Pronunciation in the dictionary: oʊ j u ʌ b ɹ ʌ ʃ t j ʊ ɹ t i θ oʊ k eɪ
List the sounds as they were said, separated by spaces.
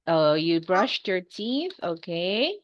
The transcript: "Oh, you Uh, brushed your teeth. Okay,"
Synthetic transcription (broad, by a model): oʊ j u b ɹ ʌ ʃ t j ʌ ɹ t i θ oʊ k eɪ